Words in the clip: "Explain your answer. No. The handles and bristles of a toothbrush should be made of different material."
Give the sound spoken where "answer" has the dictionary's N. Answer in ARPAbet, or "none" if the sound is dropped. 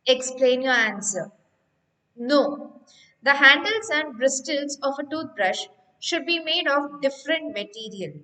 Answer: N